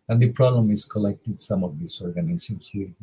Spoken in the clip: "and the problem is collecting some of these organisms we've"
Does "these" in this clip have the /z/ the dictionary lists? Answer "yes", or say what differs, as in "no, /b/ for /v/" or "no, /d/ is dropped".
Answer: no, /s/ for /z/